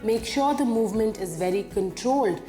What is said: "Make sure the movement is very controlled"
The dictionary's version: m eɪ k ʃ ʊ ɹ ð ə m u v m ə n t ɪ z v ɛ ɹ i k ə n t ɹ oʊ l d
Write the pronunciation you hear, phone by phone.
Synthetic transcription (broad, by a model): m eɪ k ʃ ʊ ɹ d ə m u v m ə n t ɪ z v ɛ ɹ i k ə n t ɹ oʊ l d